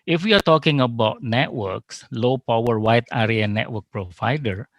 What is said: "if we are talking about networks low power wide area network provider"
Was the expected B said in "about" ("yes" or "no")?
yes